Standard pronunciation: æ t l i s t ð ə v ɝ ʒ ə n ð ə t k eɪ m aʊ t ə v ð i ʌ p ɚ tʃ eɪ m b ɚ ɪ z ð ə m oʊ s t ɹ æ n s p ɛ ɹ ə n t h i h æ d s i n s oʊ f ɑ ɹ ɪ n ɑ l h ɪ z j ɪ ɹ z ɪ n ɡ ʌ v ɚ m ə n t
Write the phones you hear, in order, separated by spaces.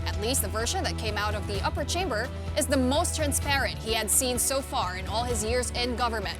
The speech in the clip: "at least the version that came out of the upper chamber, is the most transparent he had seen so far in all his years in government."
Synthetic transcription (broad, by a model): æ t l i s t ð ə v ɝ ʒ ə n ð ə t k eɪ m aʊ t ə v ð i ʌ p ɚ tʃ eɪ m b ɚ ɪ z ð ə m oʊ s t ɹ æ n s p ɛ ɹ ə n t h i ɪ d s i n s oʊ f ɑ ɹ ɪ n ɑ l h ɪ z j ɪ ɹ z ɪ n ɡ ʌ v ɚ m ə n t